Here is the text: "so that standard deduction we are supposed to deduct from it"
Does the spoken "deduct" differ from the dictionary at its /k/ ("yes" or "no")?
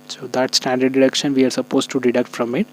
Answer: no